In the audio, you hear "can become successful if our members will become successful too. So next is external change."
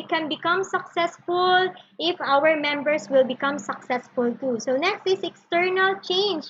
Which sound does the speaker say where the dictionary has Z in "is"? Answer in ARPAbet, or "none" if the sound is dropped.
S